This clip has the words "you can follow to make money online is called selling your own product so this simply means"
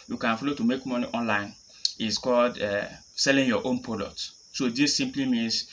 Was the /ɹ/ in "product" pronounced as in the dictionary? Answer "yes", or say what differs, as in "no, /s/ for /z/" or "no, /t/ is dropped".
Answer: no, /ɹ/ is dropped